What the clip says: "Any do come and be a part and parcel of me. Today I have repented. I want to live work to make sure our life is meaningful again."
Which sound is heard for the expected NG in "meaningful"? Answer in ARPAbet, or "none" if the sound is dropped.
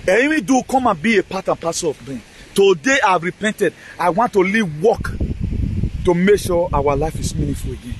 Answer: none